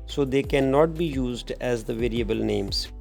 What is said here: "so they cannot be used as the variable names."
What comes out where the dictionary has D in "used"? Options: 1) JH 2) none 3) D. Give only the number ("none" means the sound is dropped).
3